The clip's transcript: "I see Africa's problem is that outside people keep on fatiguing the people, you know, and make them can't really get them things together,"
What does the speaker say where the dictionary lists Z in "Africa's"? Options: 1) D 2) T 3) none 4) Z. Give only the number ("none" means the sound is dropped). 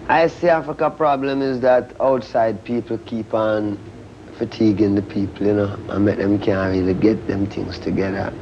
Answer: 3